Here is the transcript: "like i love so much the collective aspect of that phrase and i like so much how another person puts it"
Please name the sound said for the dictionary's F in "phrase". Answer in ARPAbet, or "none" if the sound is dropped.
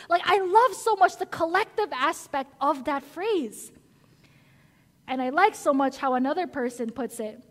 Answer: F